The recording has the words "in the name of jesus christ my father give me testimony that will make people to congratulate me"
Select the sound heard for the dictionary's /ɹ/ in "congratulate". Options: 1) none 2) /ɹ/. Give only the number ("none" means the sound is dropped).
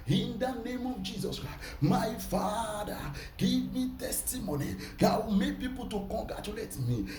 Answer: 1